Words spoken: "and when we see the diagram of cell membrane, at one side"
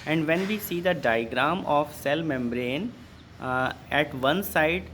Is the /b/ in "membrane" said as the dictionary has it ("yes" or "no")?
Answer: yes